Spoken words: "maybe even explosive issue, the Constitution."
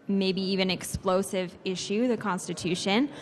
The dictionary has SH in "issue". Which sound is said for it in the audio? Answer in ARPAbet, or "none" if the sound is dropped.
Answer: SH